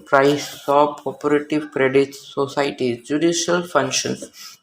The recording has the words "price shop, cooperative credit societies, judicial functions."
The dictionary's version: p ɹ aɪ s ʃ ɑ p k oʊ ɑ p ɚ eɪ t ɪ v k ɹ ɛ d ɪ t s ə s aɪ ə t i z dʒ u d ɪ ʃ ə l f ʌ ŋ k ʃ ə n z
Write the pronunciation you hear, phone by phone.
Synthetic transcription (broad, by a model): p ɹ aɪ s s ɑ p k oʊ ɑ p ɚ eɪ t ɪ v k ɹ ɛ d ɪ t s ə s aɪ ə t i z dʒ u d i ʃ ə l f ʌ ŋ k ʃ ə n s